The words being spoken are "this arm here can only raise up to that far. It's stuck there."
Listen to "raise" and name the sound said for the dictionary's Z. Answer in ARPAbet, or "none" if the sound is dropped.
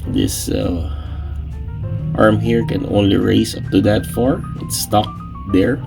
none